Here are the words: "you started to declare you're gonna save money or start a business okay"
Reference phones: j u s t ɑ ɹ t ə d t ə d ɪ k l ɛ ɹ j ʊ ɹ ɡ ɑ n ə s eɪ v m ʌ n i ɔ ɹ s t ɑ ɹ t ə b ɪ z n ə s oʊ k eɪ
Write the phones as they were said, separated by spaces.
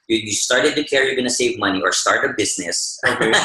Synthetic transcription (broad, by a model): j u s t ɑ ɹ t ə d t ə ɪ k ɛ ɹ j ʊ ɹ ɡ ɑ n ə s eɪ v m ʌ n i ɔ ɹ s t ɑ ɹ t ə b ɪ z n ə s